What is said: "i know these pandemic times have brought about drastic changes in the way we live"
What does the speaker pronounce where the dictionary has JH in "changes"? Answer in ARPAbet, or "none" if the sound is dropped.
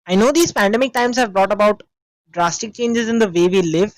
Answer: JH